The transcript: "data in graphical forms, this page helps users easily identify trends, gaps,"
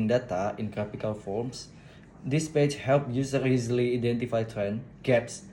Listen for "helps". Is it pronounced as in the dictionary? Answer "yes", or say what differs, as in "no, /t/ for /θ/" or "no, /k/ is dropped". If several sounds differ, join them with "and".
no, /s/ is dropped